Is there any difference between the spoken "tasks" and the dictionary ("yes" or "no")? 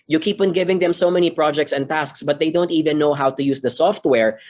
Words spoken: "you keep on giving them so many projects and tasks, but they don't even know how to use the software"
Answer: no